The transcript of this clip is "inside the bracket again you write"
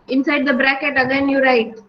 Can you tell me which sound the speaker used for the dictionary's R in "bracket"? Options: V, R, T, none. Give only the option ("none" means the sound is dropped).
R